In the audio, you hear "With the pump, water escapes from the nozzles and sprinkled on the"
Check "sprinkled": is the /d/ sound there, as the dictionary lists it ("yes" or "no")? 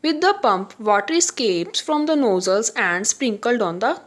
yes